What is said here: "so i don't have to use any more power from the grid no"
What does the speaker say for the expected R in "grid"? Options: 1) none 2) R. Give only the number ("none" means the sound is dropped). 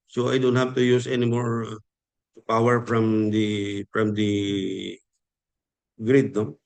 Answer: 2